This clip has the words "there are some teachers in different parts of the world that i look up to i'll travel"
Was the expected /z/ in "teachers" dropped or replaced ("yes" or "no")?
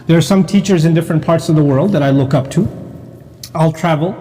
no